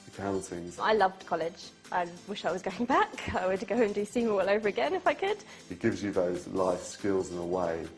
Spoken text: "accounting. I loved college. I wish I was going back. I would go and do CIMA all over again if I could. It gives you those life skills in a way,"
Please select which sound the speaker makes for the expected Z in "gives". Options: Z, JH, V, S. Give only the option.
Z